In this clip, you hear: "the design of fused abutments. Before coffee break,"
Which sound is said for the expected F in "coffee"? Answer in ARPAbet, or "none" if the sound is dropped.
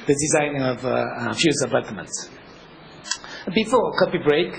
P